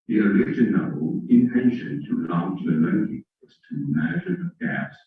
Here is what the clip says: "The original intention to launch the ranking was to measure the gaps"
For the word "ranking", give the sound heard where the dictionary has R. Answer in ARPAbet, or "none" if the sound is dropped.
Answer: L